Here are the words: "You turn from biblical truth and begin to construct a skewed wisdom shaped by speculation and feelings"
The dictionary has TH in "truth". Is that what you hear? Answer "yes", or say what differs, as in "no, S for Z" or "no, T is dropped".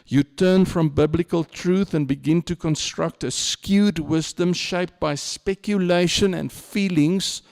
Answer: yes